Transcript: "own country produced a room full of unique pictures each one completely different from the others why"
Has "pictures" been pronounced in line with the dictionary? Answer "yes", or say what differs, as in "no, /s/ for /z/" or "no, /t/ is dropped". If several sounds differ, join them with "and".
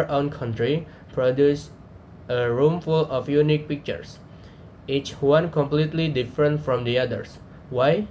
no, /s/ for /z/